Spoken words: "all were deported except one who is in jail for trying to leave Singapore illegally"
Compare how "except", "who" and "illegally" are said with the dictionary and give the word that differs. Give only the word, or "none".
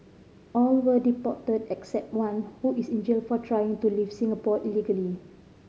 none